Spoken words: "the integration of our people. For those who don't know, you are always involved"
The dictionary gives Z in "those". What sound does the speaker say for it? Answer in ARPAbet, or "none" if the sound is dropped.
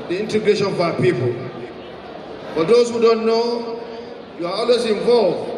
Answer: S